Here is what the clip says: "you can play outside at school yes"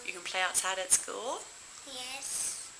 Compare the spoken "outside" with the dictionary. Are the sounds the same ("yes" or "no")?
no